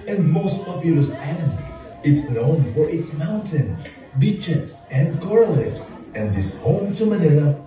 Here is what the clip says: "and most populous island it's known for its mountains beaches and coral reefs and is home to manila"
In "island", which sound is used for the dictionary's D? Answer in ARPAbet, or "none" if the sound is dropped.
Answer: none